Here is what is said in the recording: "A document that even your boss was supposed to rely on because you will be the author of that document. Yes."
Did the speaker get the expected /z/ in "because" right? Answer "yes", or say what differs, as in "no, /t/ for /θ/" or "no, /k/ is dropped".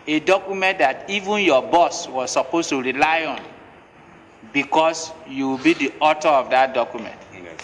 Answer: no, /s/ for /z/